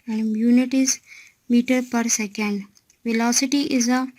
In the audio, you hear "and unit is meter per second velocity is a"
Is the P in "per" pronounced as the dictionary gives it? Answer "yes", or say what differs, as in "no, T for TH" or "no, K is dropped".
yes